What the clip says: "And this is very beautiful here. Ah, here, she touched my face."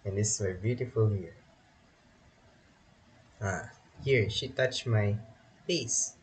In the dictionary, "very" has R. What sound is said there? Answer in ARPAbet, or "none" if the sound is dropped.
none